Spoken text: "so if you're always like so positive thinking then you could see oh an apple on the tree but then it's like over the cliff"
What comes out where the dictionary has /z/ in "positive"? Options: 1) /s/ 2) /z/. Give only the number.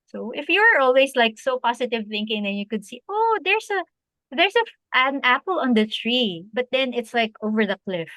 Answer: 1